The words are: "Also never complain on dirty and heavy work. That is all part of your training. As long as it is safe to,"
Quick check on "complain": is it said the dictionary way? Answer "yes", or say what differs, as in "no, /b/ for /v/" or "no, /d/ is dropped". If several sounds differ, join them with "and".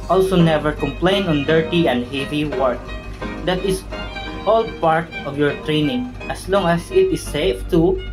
yes